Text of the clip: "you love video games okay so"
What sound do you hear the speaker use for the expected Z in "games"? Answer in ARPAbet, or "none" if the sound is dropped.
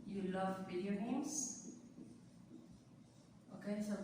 S